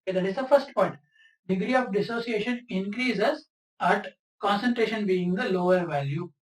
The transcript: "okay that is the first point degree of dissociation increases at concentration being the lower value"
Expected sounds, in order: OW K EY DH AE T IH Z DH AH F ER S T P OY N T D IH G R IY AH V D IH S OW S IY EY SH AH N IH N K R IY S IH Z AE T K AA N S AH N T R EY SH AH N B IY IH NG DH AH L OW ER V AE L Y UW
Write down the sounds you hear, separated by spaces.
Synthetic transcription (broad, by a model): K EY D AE T IH Z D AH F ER S T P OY T D IH G R IY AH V D IH S OW S IY EY SH AH N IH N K R IY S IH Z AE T K AA N S AH N T R EY SH AH N B IY IH NG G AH L OW ER V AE L Y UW